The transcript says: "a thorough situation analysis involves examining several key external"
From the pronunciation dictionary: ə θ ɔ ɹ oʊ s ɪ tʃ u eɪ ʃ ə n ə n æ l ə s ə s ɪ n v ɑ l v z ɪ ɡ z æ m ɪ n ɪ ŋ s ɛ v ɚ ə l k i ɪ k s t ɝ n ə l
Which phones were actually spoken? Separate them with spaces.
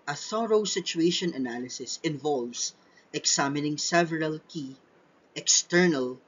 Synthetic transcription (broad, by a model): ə θ ɔ ɹ oʊ s ɪ tʃ u eɪ ʃ ə n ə n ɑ l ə s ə s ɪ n v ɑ l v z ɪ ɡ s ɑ m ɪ n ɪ ŋ s ɛ v ɚ ə l k i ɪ k s t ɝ n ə l